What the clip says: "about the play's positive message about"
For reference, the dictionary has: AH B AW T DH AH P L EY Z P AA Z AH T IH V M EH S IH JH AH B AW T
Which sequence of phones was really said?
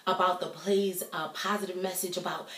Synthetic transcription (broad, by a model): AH B AW T DH AH P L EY Z P AA Z AH T IH V M EH S IH JH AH B AW T